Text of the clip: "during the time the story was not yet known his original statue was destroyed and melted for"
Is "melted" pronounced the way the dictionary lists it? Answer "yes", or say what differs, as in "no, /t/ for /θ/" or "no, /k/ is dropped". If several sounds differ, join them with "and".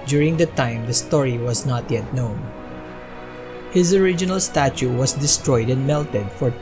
yes